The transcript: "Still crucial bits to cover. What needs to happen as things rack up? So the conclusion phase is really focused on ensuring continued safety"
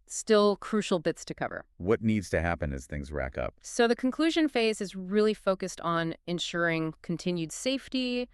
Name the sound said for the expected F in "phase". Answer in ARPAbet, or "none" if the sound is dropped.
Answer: F